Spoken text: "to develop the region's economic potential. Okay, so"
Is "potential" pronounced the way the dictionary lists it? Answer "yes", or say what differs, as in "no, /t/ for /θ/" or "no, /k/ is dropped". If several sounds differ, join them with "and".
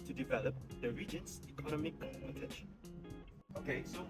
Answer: no, /n/ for /l/